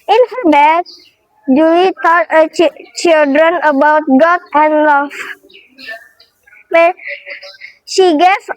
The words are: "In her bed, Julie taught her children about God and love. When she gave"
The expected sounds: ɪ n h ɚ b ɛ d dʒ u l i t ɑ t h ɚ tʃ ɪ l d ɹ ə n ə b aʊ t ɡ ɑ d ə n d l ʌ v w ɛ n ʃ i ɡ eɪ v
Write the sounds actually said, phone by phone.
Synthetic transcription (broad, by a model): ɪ n h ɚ b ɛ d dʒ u w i t ɑ t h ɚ tʃ ɪ l d ɹ ə n ə b aʊ t ɡ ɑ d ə n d l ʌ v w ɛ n ʃ i ɡ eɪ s